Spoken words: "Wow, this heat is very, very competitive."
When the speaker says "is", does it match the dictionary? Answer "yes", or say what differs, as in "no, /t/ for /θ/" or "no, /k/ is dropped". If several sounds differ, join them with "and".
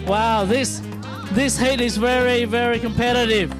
yes